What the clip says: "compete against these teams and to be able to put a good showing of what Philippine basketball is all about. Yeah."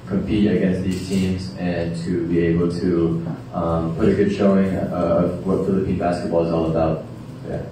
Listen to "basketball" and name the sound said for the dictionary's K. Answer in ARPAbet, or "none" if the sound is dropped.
K